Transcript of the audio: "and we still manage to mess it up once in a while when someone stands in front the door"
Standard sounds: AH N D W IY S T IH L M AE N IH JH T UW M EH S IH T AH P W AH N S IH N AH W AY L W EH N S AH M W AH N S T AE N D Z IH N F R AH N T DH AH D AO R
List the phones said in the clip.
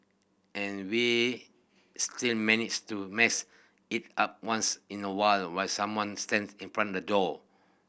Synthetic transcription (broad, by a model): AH N W IY S T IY L M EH N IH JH T UW M EH S IH T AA P W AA N S IH N AH W AY L W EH L S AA M W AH N S T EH N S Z IH N F R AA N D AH D AO